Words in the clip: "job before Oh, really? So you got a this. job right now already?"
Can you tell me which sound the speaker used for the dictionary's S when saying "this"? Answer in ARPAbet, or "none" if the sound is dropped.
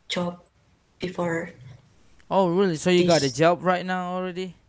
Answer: none